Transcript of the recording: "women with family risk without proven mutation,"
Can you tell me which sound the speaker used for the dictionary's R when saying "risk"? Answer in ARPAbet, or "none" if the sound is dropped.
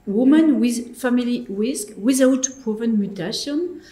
W